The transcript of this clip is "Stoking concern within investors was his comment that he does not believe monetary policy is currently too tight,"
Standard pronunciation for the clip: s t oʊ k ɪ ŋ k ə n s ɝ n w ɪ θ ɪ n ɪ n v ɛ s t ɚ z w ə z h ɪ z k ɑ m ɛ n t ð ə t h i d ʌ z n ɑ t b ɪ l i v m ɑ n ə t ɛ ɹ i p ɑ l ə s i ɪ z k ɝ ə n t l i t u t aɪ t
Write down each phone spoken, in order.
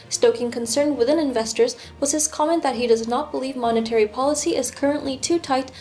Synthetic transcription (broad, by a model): s t oʊ k ɪ ŋ k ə n s ɝ n w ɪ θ ɪ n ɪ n v ɛ s t ɚ z w ə z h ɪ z k ɑ m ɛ n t ð ə t h i d ʌ z n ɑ t b ɪ l i v m ɑ n ə t ɛ ɹ i p ɑ l ə s i ɪ z k ɝ ə n t l i t u t aɪ t